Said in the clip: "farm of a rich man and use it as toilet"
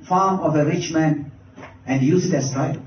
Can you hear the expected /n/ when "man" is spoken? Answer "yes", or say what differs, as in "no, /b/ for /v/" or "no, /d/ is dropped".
yes